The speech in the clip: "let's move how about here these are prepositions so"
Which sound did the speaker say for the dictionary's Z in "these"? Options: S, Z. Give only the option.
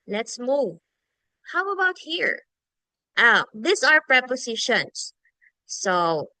S